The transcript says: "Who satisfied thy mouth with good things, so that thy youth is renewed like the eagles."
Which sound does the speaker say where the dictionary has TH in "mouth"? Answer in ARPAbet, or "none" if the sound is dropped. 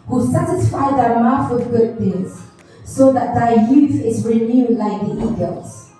F